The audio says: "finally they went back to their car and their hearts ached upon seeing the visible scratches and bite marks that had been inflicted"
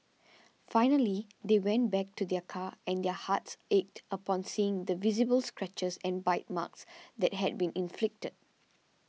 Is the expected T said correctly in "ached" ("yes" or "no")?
yes